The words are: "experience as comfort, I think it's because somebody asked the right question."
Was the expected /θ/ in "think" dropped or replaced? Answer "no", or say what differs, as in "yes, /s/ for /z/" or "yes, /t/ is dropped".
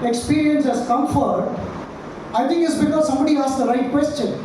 yes, /t/ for /θ/